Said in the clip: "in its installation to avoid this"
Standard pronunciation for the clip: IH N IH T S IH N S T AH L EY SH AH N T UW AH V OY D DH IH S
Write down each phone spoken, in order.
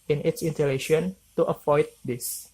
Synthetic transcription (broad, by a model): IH N IH T S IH N T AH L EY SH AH N T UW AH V OY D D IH S